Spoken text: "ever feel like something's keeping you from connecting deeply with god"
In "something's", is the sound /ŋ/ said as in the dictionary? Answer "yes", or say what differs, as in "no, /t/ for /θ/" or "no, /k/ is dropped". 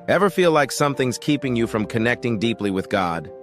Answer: yes